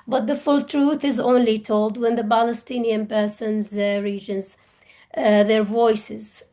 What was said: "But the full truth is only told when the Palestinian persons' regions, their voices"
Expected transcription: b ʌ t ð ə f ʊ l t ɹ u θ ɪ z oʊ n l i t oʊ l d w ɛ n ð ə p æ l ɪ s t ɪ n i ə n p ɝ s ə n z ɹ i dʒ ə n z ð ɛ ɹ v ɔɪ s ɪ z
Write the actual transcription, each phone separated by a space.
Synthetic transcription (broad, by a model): b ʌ t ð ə f ʊ l t ɹ u θ ɪ z oʊ n l i t oʊ l d w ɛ n ð ə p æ l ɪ s t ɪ n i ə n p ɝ s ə n z ɹ i dʒ ə n z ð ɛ ɹ v ɔɪ s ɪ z